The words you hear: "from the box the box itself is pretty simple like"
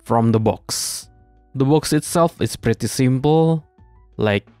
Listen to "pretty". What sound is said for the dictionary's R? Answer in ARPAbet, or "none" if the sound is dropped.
R